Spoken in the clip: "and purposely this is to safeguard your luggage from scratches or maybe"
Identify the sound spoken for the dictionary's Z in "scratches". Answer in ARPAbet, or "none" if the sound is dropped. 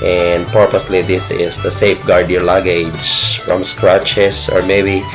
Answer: S